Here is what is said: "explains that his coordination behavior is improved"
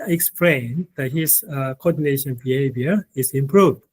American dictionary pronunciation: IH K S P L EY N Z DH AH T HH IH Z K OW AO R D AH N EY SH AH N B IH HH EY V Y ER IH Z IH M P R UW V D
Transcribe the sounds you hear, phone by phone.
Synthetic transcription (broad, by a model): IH K S P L EY N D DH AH T HH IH S K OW AO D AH N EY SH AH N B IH HH EY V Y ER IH S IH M P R UW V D